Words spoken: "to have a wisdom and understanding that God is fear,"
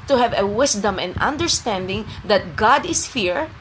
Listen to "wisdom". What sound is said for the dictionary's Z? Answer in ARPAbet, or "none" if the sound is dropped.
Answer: S